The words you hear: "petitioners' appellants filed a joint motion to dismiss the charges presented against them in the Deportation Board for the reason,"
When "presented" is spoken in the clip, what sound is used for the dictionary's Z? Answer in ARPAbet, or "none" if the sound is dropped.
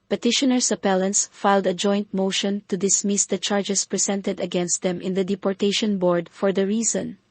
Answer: S